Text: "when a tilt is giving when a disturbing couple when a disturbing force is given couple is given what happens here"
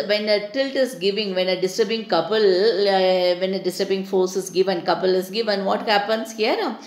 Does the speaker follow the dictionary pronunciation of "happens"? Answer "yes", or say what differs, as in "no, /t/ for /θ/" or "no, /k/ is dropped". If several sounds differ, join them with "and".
no, /s/ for /z/